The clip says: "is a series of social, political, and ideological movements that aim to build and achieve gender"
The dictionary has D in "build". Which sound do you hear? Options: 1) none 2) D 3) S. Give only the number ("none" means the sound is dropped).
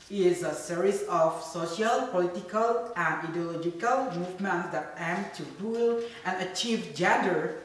1